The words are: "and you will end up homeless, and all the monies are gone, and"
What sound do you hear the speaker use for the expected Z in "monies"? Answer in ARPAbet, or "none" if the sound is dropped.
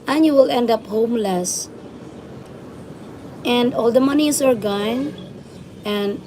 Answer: S